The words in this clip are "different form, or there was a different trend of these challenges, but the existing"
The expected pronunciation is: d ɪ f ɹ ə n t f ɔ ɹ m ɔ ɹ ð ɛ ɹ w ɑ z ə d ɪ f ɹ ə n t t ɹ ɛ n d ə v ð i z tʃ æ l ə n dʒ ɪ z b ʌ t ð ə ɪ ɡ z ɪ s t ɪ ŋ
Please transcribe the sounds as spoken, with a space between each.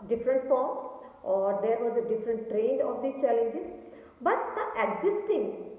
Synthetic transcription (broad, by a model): d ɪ f ɹ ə n t f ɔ ɹ m ɔ ɹ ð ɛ ɹ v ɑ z ə d ɪ f ɹ ə n t t ɹ ɛ n d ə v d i tʃ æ l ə n dʒ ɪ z b ʌ t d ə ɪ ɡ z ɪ s t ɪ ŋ